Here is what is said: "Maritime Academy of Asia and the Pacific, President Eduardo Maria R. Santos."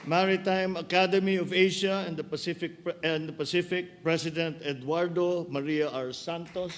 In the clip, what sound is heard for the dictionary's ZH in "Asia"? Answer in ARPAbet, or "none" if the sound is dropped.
SH